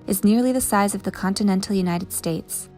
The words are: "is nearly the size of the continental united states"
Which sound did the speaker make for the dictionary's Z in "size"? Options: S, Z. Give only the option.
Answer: Z